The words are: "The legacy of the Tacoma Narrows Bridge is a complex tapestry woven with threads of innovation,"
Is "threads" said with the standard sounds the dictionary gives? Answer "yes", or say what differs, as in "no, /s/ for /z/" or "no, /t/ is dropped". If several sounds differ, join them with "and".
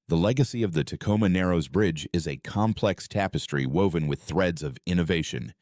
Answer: yes